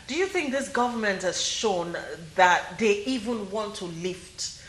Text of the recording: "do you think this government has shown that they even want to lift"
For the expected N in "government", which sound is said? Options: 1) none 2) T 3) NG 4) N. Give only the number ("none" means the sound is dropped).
4